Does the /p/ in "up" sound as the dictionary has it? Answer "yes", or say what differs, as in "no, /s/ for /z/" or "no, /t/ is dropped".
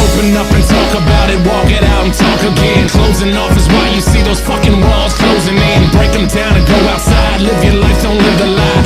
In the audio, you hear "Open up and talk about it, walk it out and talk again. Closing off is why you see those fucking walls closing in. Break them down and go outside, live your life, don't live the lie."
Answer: no, /f/ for /p/